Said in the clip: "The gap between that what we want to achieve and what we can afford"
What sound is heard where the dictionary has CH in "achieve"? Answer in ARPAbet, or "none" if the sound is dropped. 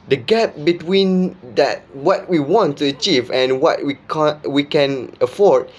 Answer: CH